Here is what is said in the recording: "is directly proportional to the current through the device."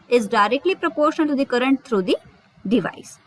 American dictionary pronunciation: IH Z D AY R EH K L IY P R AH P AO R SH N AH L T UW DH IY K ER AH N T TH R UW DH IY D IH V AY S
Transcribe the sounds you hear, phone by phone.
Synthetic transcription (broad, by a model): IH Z D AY R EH K L IY P R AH P AO R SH AH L T UW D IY K ER AH N T T R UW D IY D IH V AY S